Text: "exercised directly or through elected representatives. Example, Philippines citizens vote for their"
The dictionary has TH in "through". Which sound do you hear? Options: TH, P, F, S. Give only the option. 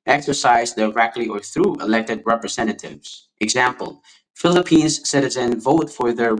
TH